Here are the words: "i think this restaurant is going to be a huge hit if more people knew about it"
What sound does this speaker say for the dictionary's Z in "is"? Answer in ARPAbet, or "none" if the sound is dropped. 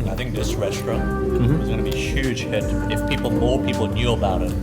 Z